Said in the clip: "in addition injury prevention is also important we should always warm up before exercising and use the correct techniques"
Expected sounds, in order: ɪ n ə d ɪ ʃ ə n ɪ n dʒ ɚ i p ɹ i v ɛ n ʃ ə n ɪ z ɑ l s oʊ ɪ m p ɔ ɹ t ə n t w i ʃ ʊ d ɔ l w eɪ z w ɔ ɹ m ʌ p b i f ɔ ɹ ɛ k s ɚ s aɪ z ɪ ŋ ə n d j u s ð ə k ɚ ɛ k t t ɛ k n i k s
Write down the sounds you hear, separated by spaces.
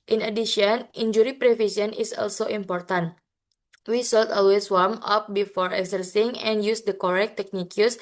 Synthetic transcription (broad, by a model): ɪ n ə d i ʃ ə n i n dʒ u i p ɹ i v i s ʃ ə n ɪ s ɑ l s oʊ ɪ m p ɔ ɹ t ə n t w i s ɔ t ɔ l w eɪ s w ɔ ɹ m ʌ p b i f ɔ ɹ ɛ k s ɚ s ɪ ŋ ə n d j u s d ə k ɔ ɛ k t t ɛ k n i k s